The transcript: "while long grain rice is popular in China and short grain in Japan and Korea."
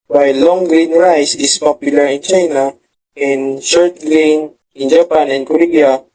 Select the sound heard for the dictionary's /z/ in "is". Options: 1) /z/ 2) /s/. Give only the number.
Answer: 2